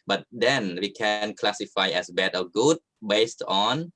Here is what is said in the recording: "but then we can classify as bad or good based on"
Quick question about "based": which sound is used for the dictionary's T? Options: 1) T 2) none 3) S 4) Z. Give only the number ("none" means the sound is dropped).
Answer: 1